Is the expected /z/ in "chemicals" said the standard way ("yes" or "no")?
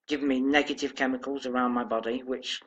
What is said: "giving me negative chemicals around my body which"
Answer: yes